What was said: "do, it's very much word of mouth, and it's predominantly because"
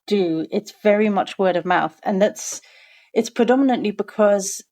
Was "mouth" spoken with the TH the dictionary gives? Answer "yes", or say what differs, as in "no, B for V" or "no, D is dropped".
yes